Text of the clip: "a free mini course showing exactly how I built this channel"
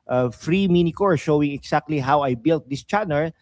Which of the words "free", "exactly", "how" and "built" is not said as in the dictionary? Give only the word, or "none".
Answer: exactly